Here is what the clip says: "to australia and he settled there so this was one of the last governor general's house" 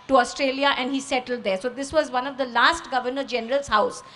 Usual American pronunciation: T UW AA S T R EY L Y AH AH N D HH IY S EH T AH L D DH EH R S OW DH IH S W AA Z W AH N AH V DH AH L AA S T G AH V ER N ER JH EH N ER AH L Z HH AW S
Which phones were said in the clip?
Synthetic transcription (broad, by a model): T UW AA S T R EY L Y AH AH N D HH IY S EH T AH L D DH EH R S OW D IH S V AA Z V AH N AH V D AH L AA S T G AH V ER N ER JH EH N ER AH L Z HH AW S